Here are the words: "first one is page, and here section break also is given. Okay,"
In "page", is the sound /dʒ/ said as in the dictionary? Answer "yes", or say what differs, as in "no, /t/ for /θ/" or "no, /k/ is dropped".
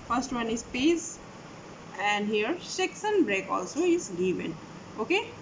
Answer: no, /z/ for /dʒ/